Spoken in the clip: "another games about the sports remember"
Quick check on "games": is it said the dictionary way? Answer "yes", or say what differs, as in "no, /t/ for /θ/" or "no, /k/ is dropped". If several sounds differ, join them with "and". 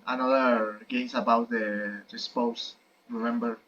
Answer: no, /s/ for /z/